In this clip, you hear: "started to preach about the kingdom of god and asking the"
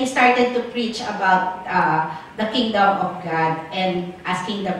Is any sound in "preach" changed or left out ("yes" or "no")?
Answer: no